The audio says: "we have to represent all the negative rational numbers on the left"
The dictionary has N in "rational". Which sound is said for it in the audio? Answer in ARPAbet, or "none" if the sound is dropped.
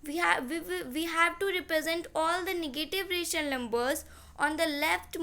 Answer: none